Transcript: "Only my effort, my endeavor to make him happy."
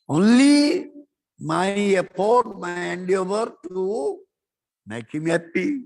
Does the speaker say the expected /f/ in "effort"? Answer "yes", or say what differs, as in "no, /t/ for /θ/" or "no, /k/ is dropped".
no, /p/ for /f/